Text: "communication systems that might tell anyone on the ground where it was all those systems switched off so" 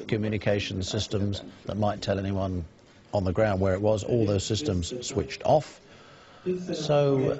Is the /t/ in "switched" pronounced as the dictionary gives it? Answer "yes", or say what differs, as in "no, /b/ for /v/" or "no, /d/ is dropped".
yes